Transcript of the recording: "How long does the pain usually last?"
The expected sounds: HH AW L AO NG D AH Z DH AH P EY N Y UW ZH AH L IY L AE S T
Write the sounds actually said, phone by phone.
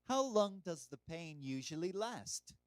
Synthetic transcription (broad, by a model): HH AW L AO NG D AH Z DH AH P EY N Y UW ZH AH L IY L AE S T